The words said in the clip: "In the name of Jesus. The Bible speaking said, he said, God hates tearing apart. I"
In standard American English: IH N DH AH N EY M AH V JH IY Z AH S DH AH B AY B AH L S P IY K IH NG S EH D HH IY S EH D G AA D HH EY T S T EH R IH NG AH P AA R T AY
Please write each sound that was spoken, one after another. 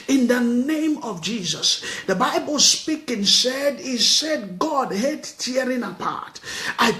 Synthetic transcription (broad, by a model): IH N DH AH N EY M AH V JH IY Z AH S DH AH B AY B AH L S P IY K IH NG S EH D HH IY S EH D G AA D HH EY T T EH R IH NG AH P AA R T AY